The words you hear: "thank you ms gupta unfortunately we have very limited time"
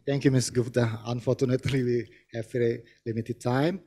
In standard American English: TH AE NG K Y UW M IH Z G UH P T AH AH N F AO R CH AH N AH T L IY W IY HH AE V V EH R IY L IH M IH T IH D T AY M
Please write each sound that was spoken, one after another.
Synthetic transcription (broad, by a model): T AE NG K Y UW M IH S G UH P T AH AH N F AO R CH AH N AH T L IY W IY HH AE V F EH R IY L IH M IH T IH D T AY M